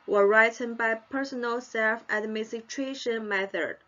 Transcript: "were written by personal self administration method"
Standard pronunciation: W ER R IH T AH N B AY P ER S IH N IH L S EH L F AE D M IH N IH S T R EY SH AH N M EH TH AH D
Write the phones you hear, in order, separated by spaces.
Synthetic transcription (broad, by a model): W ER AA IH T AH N B AY P ER S IH N IH L S EH L F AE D M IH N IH T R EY SH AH N M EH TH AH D